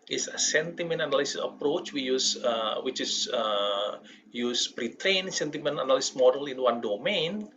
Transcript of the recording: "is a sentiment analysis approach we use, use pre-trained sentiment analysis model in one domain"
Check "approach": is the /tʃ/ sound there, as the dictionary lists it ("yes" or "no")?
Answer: yes